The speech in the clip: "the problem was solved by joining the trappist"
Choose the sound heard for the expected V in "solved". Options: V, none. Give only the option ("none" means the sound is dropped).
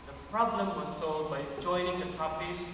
none